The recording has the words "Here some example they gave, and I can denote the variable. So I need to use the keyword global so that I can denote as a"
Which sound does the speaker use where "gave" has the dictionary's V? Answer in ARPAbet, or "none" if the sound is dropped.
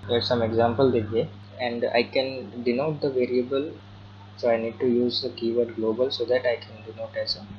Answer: none